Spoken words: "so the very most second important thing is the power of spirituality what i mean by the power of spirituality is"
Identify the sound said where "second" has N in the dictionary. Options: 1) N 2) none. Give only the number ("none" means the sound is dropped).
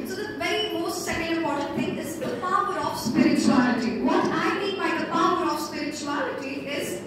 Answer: 2